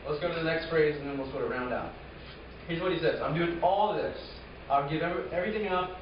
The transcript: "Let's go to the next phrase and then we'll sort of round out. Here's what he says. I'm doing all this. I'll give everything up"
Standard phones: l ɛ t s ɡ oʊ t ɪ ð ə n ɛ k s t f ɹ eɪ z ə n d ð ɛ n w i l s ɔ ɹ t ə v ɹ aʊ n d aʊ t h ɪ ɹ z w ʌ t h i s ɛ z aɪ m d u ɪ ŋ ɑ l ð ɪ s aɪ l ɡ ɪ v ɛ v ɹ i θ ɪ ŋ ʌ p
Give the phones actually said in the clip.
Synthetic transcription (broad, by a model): l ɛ t s ɡ oʊ t ɪ ð ə n ɛ k s t f ɹ eɪ z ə n ð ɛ n w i l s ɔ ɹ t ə ɹ aʊ n d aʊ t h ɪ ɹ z w ʌ t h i s ɛ z aɪ m d u ɪ ŋ ɑ l ð ɪ s aɪ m ɡ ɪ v ɛ v ɹ i θ ɪ ŋ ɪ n